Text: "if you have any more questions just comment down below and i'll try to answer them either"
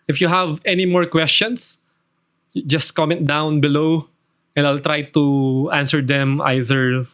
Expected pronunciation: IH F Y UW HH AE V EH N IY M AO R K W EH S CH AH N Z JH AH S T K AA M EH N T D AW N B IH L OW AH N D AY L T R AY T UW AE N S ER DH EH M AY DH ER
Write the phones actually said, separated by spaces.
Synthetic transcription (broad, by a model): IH F Y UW HH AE V EH N IY M AO R K W EH S CH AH N S JH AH S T K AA M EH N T D AW N B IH L OW AH N D AY L T R AY T UW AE N S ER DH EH M AY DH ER